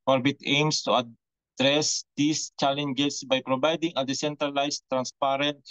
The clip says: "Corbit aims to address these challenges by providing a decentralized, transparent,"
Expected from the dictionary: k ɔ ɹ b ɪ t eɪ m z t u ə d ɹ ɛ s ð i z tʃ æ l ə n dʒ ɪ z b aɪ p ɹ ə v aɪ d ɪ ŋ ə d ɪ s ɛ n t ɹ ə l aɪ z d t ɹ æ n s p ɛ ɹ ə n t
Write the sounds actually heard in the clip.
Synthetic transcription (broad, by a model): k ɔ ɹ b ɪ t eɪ m s t u ə d ɹ ɛ s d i s tʃ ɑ l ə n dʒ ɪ s b aɪ p ɹ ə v aɪ d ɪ ŋ ə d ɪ s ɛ n t ɹ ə l aɪ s t ɹ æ n s p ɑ ɹ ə n t